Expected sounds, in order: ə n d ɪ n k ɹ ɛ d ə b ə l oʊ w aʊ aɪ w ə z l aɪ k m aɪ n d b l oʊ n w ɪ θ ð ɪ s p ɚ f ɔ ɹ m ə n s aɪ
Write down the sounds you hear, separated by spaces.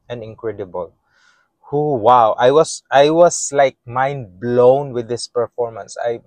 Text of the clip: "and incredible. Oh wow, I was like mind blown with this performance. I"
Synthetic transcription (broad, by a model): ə n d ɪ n k ɹ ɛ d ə b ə l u w aʊ aɪ w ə s l aɪ k m aɪ n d b l oʊ n w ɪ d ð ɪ s p ɚ f ɔ ɹ m ə n s aɪ